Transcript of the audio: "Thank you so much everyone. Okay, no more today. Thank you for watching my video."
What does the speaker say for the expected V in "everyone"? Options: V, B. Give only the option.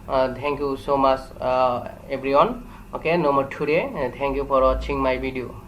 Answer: B